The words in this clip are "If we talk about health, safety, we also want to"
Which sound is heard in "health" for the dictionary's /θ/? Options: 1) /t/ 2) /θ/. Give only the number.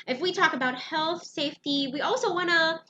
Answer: 2